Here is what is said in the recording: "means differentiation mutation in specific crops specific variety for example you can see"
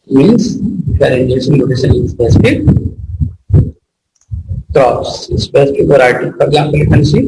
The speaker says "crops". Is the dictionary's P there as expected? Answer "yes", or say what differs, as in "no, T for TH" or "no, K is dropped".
no, P is dropped